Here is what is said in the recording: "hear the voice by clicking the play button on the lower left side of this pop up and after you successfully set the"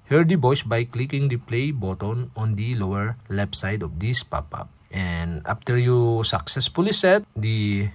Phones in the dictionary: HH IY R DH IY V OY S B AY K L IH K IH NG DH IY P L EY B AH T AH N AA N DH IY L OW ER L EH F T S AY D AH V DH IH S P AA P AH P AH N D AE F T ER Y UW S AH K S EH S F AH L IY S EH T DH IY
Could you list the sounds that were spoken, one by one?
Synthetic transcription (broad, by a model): HH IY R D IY B OY S B AY K L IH K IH NG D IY P L EY B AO T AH N AA N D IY L OW ER L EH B S AY D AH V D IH S P AA P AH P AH N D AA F T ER Y UW S AH K S EH S F AH L IY S EH T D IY